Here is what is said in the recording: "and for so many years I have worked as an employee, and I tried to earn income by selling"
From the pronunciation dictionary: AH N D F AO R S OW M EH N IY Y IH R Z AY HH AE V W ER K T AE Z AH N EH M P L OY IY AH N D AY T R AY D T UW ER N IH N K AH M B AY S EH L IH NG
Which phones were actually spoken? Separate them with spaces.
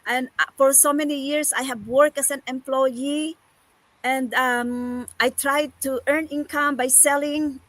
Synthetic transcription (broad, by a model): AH N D F AO R S OW M EH N IY Y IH R S AY HH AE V W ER K AE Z AH N EH M P L OY IY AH N D AY T R AY D T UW ER N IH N K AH M B AY S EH L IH NG